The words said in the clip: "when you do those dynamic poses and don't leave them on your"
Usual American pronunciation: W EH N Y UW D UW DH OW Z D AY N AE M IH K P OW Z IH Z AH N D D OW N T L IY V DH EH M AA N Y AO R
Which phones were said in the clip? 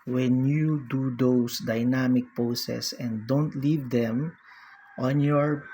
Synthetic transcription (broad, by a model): W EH N Y UW D UW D OW S D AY N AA M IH K P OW S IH S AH N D D OW N T L IY V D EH M AA N Y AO R